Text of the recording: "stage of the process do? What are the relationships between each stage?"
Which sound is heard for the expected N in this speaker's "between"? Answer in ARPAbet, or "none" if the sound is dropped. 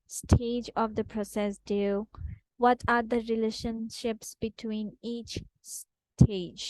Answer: N